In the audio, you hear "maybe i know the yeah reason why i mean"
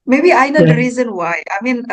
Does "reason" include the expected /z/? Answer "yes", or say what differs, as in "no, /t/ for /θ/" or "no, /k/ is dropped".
yes